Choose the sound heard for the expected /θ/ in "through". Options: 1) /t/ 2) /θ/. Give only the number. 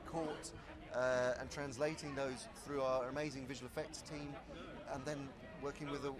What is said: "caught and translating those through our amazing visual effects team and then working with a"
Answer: 2